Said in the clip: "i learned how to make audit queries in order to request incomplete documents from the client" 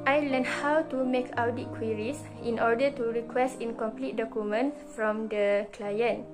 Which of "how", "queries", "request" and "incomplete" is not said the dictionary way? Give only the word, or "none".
queries